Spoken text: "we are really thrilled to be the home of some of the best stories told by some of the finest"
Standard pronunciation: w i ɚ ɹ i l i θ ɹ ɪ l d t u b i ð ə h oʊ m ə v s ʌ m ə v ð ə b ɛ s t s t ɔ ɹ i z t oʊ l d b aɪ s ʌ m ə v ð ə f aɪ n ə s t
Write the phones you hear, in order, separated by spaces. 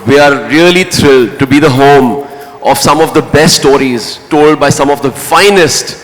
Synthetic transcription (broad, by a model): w i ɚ ɹ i l i t ɹ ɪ l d t u b i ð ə h oʊ m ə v s ʌ m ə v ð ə b ɛ s t s t ɔ ɹ i z t oʊ l d b aɪ s ʌ m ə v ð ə f aɪ n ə s t